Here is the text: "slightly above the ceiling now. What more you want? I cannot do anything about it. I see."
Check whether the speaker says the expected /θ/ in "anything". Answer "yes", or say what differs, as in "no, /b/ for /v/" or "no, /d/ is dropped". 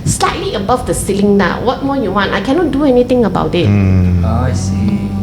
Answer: no, /t/ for /θ/